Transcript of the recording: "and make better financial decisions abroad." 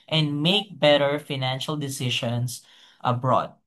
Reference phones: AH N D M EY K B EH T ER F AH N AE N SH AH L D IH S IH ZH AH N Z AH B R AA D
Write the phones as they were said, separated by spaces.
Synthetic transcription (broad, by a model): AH N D M EY K B EH T ER F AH N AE N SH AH L D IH S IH SH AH N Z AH B R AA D